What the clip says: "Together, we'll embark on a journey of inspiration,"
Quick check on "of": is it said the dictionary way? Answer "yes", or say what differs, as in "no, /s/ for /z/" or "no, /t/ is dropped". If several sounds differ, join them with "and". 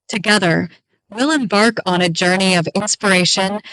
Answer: yes